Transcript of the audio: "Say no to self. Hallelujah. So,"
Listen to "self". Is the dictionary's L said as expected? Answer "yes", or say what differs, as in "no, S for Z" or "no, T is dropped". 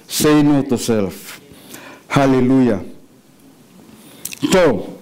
yes